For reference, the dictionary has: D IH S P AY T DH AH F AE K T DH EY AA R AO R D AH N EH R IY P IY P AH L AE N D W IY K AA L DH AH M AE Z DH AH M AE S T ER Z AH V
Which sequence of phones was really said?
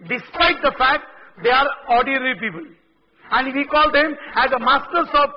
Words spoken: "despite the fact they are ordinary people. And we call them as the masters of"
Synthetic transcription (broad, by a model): D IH S P AY T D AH F AE K T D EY AA R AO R D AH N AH R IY P IY P AH L AE N D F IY K AA L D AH M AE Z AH M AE S T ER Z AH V